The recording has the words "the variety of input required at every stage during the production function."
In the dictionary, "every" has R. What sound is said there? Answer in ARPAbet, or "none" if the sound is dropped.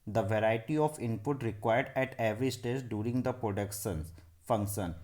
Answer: R